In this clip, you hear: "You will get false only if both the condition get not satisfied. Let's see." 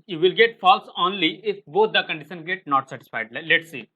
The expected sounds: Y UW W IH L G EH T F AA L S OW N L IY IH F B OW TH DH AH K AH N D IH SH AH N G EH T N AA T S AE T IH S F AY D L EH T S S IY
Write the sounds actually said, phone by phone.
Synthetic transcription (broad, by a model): Y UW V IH L G EH T F AA L S OW N L IY IH F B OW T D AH K AH N D IH SH AH N G EH T N AA T S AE T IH S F AY D L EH T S S IY